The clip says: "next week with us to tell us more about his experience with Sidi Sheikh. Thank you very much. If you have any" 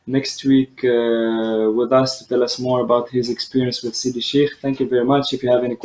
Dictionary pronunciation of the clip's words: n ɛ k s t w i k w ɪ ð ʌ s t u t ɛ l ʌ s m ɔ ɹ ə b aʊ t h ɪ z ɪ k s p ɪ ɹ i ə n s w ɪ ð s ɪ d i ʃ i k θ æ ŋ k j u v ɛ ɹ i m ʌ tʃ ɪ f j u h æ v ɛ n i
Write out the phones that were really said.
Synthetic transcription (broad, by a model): n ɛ k s t w i k w ɪ ð ʌ s t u t ɛ l ʌ s m ɔ ɹ ə b aʊ t h ɪ z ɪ k s p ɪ ɹ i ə n s w ɪ ð s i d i ʃ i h θ æ ŋ k j u v ɛ ɹ i m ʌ tʃ ɪ f j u h æ v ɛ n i